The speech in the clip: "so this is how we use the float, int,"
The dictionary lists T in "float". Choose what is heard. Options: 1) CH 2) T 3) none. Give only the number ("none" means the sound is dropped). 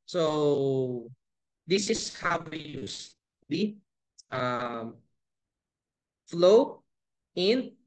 3